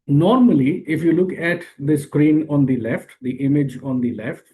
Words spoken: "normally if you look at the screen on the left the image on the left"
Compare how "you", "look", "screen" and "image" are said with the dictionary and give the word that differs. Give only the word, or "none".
none